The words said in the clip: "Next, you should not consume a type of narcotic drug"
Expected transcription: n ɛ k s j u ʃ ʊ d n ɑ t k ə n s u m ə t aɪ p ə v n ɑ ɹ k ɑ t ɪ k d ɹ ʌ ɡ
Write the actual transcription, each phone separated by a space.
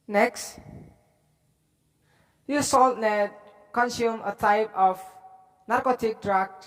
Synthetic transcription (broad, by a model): n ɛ k s j u s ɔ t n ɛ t k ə n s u m ə t aɪ p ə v n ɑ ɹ k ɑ t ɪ k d ɹ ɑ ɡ